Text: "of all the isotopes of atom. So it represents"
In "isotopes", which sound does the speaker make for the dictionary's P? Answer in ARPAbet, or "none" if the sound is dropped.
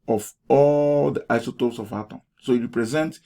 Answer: none